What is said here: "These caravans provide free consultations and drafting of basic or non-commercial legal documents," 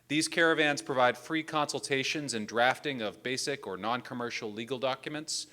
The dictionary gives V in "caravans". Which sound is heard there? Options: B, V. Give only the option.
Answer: V